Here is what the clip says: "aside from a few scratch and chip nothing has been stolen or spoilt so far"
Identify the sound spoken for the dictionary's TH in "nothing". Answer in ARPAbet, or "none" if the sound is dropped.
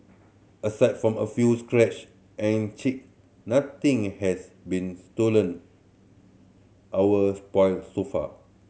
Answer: T